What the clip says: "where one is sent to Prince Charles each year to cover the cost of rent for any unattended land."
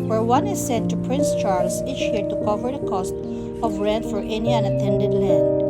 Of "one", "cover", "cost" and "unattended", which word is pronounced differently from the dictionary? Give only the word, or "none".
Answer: none